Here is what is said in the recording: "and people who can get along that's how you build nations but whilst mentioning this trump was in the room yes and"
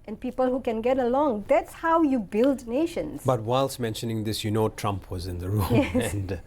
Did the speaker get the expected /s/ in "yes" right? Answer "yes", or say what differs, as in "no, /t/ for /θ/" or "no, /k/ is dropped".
no, /s/ is dropped